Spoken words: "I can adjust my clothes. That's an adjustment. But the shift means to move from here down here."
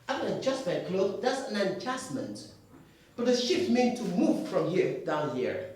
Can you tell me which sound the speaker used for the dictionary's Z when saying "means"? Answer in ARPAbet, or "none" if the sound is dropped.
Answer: none